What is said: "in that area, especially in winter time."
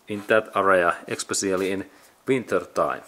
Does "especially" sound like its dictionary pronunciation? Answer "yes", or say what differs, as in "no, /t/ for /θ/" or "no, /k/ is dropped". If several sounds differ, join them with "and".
no, /s/ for /ʃ/